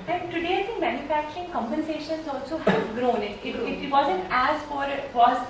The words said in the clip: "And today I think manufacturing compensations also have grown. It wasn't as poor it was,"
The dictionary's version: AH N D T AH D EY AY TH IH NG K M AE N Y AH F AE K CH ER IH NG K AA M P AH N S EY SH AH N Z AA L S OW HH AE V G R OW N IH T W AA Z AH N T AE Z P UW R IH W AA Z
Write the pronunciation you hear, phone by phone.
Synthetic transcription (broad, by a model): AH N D T AH D EY AY S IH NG M AE N Y AH F AE K CH ER IH NG K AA M P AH N S EY SH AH N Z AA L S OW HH G R OW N IH T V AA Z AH N T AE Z F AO R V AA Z